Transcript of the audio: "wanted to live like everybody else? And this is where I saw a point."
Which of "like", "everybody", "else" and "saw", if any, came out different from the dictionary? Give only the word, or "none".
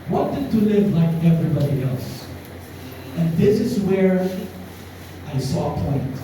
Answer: none